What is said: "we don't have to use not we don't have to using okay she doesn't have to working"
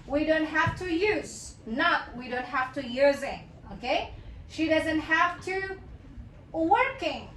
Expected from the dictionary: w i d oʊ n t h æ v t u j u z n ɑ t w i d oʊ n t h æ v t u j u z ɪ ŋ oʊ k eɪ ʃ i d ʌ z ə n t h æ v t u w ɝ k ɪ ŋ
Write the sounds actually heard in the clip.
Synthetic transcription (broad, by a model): w i d oʊ n t h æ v t u j u z n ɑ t w i d oʊ n t h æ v t u j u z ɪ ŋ oʊ k eɪ ʃ i d ʌ z ə n t h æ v t u w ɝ k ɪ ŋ